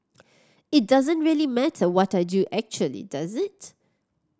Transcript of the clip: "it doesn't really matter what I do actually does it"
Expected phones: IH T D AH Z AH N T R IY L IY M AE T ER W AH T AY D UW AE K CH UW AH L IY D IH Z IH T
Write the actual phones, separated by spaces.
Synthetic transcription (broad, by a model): IH T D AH Z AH N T R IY L IY M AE T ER W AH T AY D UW AE K CH UW AH L IY D IH Z IH T